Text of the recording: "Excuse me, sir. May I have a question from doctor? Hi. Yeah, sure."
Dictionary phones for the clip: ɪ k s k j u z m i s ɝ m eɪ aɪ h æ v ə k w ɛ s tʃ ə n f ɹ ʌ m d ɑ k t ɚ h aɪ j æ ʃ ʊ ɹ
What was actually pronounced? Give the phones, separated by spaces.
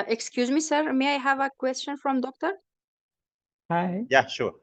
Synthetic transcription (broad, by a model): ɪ k s k j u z m i s ɝ m eɪ aɪ h æ v ə k w ɛ s tʃ ə n f ɹ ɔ m d ɑ k t ɚ h aɪ j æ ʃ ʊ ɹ